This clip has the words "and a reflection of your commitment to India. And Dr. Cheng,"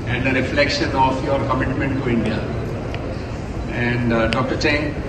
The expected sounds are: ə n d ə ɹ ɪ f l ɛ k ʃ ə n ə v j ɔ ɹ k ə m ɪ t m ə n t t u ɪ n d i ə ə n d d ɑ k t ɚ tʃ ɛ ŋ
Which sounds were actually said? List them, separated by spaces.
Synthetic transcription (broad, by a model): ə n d ə ɹ ɪ f l ɛ k ʃ ə n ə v j ɔ ɹ k ə m ɪ t m ə n t t u ɪ n d i ə ə n d d ɑ k t ɚ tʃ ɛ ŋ